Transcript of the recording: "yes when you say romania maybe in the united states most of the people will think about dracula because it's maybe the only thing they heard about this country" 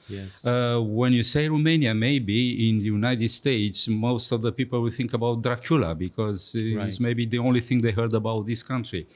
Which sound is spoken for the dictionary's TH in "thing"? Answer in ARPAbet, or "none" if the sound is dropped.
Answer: TH